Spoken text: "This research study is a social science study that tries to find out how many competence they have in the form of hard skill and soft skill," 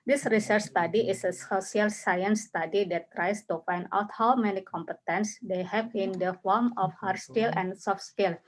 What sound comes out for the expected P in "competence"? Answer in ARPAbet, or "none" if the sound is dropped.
P